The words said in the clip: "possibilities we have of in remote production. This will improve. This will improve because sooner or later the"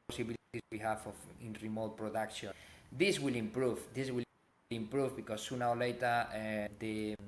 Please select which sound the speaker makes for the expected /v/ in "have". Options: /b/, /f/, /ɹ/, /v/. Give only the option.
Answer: /f/